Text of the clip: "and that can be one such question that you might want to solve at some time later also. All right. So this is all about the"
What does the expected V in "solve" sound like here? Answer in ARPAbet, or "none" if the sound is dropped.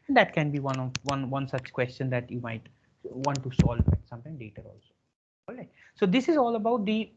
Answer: none